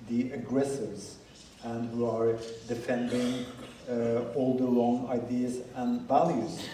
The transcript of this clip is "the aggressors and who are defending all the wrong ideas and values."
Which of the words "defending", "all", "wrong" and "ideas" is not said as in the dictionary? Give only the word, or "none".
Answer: wrong